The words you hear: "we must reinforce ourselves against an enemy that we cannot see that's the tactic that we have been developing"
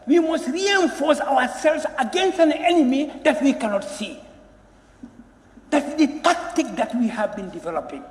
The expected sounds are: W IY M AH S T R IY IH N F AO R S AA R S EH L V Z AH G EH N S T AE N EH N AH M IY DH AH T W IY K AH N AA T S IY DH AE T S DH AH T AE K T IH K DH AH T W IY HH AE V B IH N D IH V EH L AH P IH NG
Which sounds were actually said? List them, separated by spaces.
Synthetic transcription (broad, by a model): W IY M AH S T R IY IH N F AO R S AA W S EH L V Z AH G EH N S T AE N EH N AH M IY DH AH T W IY K AH N AA T S IY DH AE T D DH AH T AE K T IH K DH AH T W IY HH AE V B IH N D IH V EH L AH P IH NG